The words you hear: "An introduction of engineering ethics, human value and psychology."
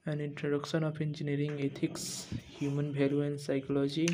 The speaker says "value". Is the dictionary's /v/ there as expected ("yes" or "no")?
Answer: no